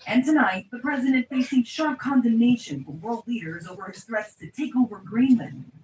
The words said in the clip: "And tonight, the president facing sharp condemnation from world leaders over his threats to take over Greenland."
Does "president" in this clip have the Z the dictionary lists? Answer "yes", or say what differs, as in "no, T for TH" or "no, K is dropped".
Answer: yes